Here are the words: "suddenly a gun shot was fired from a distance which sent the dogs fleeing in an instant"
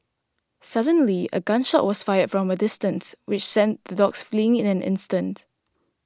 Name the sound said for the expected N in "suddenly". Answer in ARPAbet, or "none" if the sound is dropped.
N